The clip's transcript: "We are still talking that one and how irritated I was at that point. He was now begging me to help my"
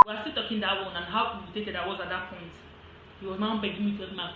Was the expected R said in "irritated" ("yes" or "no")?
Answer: no